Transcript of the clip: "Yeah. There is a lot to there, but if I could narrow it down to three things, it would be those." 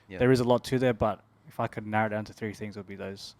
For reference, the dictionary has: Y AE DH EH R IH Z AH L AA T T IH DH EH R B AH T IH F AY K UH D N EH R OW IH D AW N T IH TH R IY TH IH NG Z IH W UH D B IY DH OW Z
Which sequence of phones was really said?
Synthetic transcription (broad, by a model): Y DH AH R IH Z AH L AA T T IH DH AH R B AH T IH F AY K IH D N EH R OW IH D AW N T IH TH R IY TH IH NG Z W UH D B IY DH OW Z